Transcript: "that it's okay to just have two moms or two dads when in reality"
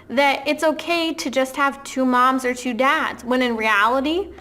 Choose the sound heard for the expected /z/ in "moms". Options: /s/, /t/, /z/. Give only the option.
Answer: /z/